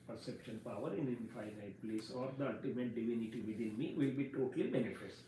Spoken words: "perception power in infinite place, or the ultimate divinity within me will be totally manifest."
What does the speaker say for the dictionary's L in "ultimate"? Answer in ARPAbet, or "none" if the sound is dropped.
none